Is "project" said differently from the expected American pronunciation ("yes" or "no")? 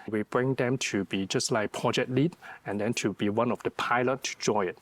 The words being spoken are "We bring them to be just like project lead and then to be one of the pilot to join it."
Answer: yes